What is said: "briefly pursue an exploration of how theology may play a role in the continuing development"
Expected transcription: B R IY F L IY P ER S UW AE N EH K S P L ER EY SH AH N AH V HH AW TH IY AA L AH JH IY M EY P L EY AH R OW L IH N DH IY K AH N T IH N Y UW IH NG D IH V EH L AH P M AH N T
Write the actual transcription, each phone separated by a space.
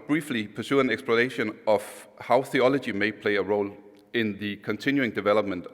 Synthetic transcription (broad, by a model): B R IY F L IY P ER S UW AE N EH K S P L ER EY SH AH N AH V HH AW TH IY AA L AH JH IY M EY P L EY AH R OW L IH N DH IY K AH N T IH N Y UW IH NG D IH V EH L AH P M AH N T